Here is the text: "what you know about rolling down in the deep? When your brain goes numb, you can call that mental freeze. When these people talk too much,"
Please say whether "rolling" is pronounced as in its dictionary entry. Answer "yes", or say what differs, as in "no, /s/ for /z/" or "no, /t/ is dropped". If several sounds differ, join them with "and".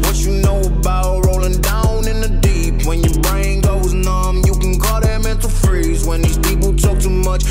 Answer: yes